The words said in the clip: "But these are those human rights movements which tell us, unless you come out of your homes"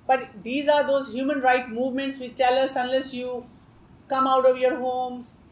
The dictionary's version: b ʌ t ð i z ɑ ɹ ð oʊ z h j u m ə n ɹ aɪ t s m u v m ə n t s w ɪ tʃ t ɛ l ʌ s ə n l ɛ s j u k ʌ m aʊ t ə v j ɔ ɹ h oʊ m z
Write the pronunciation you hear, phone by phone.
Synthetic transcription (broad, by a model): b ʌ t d i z ɑ ɹ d oʊ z h j u m ə n ɹ aɪ t m u v m ə n t s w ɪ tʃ t ɛ l ʌ s ə n l ɛ s j u k ʌ m aʊ t ə v j ɔ ɹ h oʊ m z